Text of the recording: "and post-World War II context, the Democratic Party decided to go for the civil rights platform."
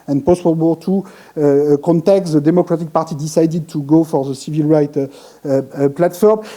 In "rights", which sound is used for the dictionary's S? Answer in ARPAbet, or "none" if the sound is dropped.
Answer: none